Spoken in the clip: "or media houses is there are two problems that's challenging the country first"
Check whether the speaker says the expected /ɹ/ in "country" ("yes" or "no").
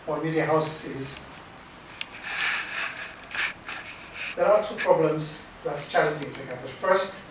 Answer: no